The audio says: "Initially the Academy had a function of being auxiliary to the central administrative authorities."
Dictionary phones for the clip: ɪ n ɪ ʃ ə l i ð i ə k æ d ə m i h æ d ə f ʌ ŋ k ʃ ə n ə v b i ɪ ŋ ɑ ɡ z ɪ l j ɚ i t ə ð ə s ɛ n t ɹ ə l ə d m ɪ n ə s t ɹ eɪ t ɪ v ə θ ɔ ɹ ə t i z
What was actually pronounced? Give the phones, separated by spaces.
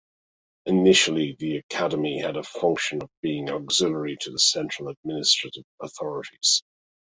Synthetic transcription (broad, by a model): ɪ n ɪ ʃ ə l i ð i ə k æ d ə m i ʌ d ə f ʌ ŋ k ʃ ə n ə v b i ɪ ŋ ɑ ɡ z ɪ l ɚ i t ə ð ə s ɛ n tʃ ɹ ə l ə d m ɪ n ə s t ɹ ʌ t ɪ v ə θ ɔ ɹ ə t i z